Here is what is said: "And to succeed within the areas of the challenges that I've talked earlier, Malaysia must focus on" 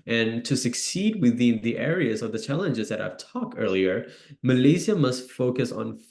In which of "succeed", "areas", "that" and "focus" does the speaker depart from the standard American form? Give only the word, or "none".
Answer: none